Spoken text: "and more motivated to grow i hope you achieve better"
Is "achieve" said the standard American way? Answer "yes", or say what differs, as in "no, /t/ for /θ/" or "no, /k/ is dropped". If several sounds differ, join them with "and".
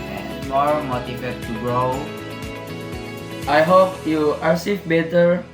no, /s/ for /tʃ/